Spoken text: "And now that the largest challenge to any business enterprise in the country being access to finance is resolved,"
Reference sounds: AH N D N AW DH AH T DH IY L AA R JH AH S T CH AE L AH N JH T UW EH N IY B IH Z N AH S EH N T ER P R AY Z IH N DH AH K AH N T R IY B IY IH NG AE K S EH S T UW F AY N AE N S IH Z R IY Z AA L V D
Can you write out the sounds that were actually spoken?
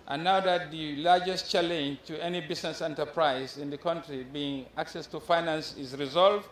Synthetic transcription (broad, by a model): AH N N AW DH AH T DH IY L AA R JH AH S T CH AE L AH N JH T UW EH N IY B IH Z N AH S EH N T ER P R AY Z IH N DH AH K AH N T R IY B IY IH NG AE K S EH S T UW F AY N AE N S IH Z R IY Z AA L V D